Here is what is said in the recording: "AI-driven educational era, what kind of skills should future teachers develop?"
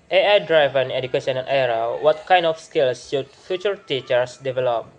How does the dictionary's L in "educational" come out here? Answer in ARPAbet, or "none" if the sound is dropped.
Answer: N